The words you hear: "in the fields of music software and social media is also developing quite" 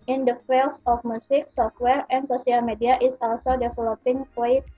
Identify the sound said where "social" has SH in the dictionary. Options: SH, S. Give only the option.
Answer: S